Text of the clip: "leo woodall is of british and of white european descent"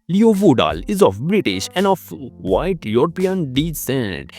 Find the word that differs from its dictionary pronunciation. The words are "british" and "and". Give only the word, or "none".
none